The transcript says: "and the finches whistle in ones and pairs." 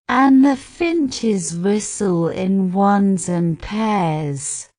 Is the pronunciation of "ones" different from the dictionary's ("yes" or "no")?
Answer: no